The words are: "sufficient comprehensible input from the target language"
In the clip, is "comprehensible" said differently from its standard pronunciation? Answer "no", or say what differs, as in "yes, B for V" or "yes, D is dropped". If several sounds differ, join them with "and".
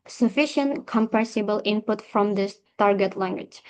yes, R is dropped